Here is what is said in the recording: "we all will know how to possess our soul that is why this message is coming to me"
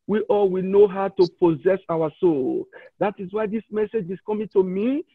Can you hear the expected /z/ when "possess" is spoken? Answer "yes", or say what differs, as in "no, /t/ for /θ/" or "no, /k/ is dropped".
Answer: yes